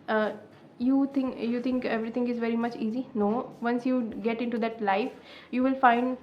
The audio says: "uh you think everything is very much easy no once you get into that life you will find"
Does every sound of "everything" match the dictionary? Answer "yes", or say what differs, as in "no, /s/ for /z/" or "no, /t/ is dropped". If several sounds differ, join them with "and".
no, /t/ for /θ/